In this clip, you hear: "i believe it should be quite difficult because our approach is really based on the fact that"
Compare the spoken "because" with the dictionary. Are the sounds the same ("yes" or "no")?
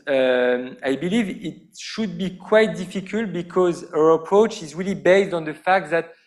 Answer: yes